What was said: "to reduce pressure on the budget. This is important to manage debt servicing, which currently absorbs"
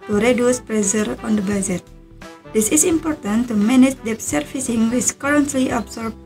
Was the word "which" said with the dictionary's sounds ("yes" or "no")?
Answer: no